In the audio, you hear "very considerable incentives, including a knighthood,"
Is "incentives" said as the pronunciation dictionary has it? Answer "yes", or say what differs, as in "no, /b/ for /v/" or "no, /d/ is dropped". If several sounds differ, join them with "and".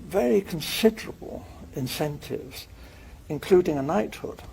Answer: yes